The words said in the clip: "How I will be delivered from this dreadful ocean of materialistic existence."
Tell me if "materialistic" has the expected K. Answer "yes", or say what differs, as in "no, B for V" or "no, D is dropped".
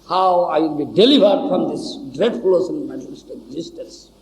no, K is dropped